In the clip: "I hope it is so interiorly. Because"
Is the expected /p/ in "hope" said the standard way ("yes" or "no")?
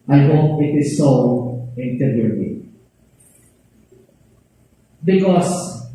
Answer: no